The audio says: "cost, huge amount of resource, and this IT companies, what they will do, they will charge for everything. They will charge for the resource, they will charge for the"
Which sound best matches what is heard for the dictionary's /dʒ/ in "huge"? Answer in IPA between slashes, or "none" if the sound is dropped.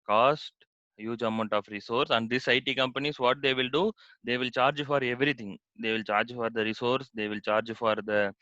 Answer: /dʒ/